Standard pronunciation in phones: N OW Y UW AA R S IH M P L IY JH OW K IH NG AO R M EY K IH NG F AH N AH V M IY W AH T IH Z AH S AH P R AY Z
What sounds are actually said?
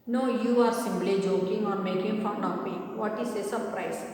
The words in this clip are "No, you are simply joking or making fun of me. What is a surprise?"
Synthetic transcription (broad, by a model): N OW Y UW AA R S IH M B L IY JH OW K IH NG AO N M EY K IH NG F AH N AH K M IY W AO T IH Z AH S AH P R AY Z